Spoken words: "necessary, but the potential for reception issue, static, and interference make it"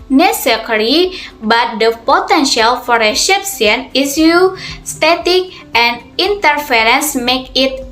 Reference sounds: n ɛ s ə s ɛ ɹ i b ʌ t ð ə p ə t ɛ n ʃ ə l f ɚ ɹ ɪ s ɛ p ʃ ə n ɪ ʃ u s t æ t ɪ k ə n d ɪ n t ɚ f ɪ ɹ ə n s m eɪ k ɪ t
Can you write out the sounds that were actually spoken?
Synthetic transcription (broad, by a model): n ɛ s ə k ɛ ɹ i b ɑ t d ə p ə t ɛ n ʃ ə l f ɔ ɹ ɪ ʃ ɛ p s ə n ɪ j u s t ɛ t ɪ k ə n d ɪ n t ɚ f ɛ ɹ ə n s m eɪ k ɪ t